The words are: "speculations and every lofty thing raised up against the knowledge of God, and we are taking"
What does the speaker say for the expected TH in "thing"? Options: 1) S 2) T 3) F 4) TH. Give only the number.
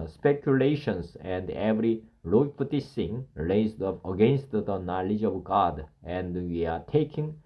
1